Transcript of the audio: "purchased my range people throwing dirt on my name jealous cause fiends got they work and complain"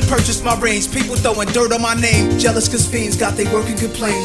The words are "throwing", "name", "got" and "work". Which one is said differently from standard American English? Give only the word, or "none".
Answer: throwing